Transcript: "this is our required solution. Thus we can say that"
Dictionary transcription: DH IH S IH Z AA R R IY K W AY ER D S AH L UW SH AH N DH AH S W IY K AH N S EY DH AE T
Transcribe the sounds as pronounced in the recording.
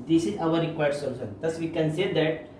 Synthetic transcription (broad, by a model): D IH S IH Z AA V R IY K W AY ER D S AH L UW S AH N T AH S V IY K AH N S EY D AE T